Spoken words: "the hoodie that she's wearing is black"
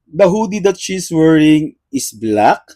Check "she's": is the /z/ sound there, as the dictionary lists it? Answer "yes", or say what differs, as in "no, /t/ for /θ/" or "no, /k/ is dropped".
no, /s/ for /z/